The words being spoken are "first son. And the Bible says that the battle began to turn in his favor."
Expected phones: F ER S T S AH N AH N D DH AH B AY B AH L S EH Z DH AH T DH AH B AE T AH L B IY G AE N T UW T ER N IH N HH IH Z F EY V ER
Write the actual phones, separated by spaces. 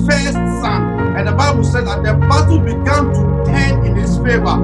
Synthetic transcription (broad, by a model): F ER S T S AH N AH N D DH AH B AY B AH L S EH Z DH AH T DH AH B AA S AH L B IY G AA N T UW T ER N IH N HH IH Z F EY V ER